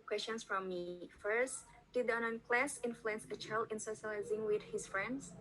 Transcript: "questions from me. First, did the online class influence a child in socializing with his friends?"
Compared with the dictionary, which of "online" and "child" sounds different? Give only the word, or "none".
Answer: online